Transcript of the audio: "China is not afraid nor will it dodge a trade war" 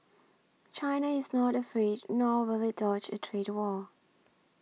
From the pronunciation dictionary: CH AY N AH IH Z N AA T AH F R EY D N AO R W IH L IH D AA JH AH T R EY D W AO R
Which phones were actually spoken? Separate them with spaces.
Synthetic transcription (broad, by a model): CH AY N AH IH Z N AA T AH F R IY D N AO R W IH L IH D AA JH AH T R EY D W AO